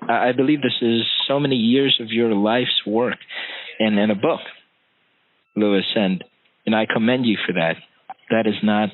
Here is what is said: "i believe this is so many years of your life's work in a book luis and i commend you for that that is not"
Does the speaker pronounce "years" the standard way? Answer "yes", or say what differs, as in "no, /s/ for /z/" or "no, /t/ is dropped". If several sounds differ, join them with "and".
yes